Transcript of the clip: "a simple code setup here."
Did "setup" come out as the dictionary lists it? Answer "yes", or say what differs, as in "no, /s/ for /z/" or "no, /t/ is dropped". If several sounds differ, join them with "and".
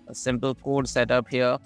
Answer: yes